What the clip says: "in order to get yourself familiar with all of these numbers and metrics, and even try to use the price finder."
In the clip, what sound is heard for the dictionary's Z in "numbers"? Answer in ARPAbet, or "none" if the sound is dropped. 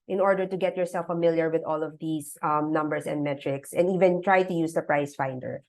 S